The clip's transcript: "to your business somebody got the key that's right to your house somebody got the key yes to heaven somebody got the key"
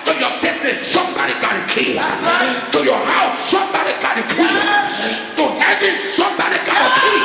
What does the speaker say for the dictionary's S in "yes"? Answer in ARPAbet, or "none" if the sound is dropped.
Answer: none